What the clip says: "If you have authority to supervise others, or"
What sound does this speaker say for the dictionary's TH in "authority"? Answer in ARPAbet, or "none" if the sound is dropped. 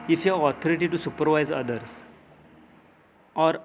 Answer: T